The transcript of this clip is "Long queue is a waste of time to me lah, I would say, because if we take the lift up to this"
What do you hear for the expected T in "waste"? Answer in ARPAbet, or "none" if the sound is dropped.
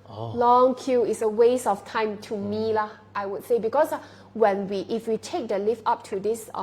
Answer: none